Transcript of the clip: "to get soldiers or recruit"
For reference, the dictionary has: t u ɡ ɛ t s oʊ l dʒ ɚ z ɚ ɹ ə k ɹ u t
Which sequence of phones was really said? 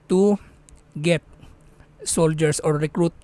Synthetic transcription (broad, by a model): t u ɡ ɛ t s oʊ l dʒ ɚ s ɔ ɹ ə k ɹ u t